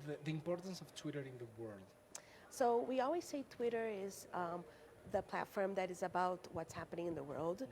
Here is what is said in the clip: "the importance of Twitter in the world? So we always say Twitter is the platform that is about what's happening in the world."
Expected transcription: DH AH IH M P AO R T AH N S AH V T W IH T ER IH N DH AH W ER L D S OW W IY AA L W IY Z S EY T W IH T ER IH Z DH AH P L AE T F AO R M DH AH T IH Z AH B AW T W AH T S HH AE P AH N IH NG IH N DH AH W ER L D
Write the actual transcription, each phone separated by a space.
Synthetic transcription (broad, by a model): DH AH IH M P AO R T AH N S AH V T W IH T ER IH N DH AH W ER L D S OW W IY AA L W IY Z S EY T W IH T ER IH Z DH AH P L AE T F AO R M DH AH T IH Z AH B AW T W AH T S HH AE P AH N IH NG IH N DH AH W ER L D